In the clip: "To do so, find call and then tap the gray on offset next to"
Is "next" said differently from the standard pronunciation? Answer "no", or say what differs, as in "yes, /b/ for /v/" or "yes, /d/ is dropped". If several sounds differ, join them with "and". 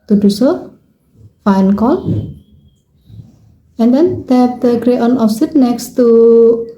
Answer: no